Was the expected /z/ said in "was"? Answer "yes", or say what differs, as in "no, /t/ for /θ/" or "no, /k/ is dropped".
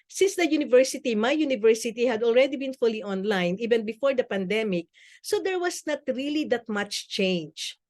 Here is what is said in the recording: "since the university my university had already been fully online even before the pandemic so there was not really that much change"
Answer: no, /s/ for /z/